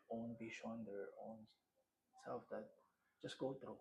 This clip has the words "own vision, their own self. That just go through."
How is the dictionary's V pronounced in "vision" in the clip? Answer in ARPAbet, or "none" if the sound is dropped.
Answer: B